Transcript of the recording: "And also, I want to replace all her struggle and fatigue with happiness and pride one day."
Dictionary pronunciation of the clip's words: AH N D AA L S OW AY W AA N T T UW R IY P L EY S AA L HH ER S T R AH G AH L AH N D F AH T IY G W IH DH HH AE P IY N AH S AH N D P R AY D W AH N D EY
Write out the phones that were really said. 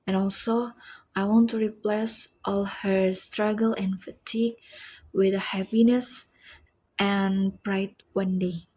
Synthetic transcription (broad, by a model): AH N AA L S OW AY W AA N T T UW R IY P L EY S AA L HH ER S T R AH G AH L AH N F AH T IY G W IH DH HH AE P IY N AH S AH N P R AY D W AH N D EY